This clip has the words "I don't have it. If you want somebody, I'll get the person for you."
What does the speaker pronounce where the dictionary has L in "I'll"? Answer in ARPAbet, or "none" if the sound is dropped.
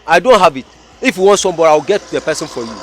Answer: W